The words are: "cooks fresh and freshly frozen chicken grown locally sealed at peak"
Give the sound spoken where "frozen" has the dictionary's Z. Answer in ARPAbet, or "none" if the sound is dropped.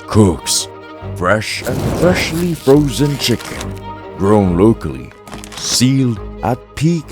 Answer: Z